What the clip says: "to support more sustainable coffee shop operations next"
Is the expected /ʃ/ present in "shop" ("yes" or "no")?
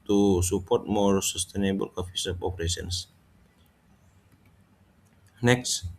no